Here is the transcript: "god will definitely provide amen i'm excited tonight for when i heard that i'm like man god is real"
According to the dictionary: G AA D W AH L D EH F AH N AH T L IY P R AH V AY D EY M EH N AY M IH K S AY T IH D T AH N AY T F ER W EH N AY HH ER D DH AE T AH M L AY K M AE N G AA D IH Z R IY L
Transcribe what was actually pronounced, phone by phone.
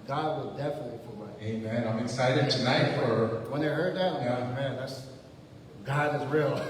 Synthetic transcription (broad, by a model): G AA D W AH L D EH F AH N AH T L IY F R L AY EY M EH N AY M IH K S AY T IH D T AH N AY T F ER W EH N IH HH ER D DH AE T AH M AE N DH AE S G AA D IH Z R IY L